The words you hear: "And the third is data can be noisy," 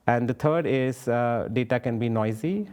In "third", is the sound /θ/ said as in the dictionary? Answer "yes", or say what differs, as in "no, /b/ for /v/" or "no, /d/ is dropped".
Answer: no, /t/ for /θ/